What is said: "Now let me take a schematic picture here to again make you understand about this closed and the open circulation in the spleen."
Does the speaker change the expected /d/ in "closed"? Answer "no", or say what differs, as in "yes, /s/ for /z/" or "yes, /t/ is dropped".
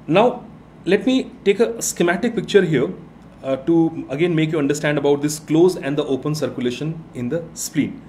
yes, /d/ is dropped